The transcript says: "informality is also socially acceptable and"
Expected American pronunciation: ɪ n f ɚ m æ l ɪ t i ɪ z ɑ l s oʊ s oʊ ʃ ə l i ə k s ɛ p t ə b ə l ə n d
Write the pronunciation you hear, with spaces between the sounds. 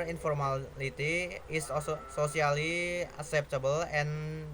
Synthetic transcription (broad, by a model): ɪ n f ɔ m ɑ l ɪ t i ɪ s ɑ s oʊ s oʊ s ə l i ə k s ɛ p t ə b ə l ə n